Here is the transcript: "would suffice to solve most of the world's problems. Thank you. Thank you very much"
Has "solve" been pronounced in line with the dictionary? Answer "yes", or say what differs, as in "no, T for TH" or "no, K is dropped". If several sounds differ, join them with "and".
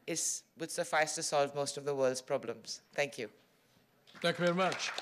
yes